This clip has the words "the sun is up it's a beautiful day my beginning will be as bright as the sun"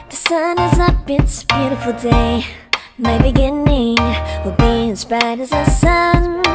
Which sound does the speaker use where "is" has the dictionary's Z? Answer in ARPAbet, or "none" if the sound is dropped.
Z